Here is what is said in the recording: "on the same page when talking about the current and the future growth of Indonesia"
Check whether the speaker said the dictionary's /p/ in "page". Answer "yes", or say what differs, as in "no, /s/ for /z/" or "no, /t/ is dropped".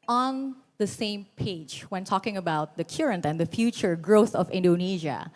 yes